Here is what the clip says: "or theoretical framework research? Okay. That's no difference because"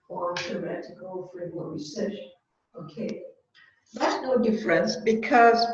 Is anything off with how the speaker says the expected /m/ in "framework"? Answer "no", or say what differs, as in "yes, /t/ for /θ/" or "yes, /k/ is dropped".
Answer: yes, /m/ is dropped